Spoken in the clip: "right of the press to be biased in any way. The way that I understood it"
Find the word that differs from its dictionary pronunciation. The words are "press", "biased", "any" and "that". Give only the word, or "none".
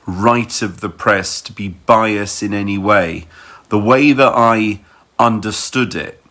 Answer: biased